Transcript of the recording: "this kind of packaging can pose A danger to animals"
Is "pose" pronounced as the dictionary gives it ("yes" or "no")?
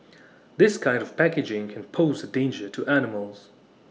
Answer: yes